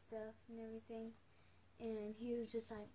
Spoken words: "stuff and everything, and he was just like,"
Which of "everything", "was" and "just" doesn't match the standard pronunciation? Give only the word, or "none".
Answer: none